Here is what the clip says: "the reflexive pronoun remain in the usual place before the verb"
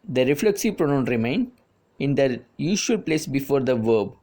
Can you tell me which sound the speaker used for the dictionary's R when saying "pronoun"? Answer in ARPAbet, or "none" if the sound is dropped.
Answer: R